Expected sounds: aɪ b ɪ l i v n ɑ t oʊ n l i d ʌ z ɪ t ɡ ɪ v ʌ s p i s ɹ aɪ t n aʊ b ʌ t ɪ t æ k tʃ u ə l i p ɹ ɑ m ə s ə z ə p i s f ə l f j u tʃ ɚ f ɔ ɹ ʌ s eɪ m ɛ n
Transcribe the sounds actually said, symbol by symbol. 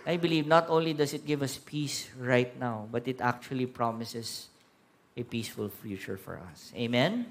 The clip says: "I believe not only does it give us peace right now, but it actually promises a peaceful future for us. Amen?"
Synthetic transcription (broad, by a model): aɪ b ɪ l i v n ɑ t oʊ n l i d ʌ s ɪ t ɡ ɪ v ʌ s p i s ɹ aɪ t n aʊ b ʌ t ɪ t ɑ k tʃ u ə l i p ɹ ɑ m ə s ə s ə p i s f ə l f j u tʃ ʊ f ɔ ɹ ʌ s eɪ m ɛ n